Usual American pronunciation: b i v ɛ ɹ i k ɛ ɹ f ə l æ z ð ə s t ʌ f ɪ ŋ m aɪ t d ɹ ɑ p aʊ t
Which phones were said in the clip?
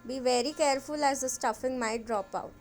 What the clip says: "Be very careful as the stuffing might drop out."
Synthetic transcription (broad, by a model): b i v ɛ ɹ i k ɛ ɹ f ə l æ z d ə s t ʌ f ɪ ŋ m aɪ t d ɹ ɑ p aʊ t